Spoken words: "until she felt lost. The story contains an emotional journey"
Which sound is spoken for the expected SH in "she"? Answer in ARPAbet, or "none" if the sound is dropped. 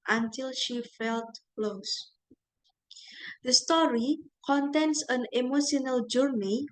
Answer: SH